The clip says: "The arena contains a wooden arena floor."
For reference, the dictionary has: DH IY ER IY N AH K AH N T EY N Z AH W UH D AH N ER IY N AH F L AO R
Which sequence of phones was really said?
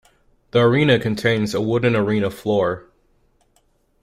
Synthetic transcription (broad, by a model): DH IY ER IY N AH K AH N T EY N Z AH W UH D N ER IY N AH F L AO R